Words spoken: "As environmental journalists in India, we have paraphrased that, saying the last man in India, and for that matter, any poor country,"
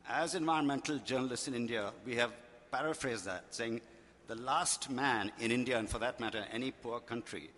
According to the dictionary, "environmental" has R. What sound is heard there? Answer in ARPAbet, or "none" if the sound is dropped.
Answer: none